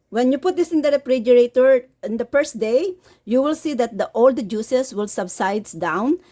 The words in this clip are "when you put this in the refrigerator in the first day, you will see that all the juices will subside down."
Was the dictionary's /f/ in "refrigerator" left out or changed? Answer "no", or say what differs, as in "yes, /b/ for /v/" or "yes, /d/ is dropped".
yes, /p/ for /f/